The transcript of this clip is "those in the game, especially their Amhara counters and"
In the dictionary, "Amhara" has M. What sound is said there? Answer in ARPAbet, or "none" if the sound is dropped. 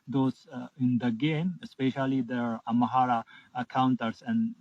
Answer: none